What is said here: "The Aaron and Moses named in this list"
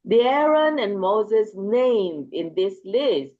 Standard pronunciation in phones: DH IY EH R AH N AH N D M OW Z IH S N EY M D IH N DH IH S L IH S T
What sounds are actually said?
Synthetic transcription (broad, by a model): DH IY EH R AH N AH N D M OW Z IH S N EY M D IH N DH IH S L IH S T